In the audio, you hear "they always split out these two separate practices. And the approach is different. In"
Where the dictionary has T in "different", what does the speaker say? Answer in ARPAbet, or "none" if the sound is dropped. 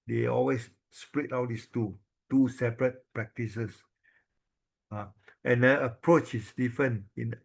none